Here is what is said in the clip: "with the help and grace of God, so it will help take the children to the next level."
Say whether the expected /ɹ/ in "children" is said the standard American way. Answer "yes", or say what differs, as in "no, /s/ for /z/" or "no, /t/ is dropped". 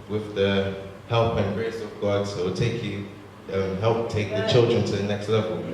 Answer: yes